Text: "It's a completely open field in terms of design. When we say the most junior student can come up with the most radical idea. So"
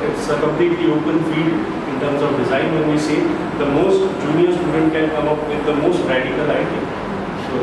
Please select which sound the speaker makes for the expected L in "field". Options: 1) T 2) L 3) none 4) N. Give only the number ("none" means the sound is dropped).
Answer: 3